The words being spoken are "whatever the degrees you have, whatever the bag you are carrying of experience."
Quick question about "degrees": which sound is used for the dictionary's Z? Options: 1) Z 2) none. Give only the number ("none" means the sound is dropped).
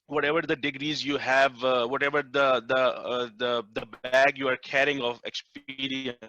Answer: 1